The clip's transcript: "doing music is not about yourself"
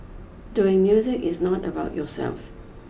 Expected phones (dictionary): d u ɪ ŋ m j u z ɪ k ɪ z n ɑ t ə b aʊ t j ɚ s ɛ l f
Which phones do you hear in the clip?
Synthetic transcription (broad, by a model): d u ɪ ŋ m j u z ɪ k ɪ z n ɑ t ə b aʊ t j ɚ s ɛ l f